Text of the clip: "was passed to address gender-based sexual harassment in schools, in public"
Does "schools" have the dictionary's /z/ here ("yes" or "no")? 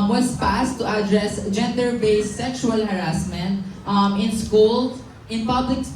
no